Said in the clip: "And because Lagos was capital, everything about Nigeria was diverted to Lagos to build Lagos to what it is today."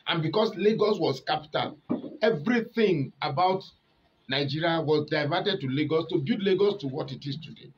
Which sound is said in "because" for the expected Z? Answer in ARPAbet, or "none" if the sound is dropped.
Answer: S